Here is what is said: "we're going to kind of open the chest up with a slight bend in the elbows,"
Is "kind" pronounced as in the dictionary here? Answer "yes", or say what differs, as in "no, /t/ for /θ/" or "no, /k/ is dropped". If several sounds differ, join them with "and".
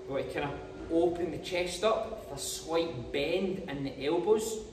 no, /d/ is dropped